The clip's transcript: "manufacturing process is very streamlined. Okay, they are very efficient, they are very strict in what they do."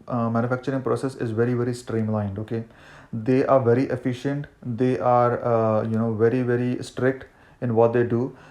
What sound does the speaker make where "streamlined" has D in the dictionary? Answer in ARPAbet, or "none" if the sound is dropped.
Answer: D